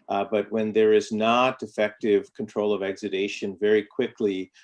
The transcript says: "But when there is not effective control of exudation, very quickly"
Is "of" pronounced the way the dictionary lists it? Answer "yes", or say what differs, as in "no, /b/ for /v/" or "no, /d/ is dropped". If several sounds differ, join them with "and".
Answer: yes